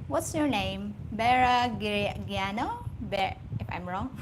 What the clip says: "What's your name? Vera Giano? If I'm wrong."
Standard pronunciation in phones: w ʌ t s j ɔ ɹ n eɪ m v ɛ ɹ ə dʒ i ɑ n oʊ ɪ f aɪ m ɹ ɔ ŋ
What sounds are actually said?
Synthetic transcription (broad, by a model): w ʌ t s j ɔ ɹ n eɪ m b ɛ ɹ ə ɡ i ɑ n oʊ ɪ f aɪ m ɹ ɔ ŋ